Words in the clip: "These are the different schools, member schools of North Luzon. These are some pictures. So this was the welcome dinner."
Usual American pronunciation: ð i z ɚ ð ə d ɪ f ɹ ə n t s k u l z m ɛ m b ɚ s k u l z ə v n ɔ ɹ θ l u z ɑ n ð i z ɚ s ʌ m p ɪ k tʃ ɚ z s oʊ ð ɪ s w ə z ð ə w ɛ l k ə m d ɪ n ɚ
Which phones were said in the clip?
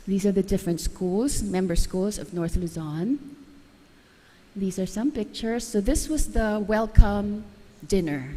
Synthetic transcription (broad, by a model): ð i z ɚ ð ə d ɪ f ɹ ə n t s k u l z m ɛ m b ɚ s k u l z ə v n ɔ ɹ θ l u z ɑ n ð i z ɚ s ʌ m p ɪ k tʃ ɚ z s oʊ ð ɪ s w ə z ð ə w ɛ l k ə m d ɪ n ɚ